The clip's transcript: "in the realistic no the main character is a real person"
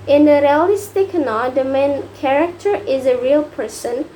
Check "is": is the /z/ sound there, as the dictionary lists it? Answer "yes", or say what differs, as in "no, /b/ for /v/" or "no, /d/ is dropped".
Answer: yes